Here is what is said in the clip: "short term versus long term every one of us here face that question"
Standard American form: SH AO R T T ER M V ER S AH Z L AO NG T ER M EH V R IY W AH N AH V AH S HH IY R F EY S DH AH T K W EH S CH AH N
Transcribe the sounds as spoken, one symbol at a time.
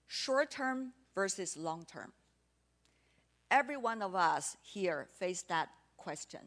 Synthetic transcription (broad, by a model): SH AO R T T ER M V ER S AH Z L AO NG T ER M EH V R IY W AH N AH V AH S HH IY R F EY S DH AH T K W EH S CH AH N